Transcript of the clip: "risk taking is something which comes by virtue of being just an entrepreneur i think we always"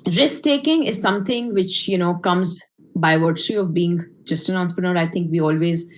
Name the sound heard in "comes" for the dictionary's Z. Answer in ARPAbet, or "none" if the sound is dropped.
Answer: Z